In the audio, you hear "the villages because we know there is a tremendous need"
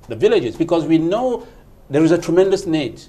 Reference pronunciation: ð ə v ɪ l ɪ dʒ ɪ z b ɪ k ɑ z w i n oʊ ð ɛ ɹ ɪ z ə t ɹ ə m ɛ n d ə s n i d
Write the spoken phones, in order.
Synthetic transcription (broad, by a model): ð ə v ɪ l ɪ dʒ ɪ z b ɪ k ɑ z w i n oʊ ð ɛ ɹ ɪ z ə t ɹ ə m ɛ n d ə s n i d